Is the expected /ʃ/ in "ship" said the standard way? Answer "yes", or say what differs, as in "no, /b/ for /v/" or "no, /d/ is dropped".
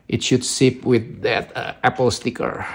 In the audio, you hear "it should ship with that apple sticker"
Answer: no, /s/ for /ʃ/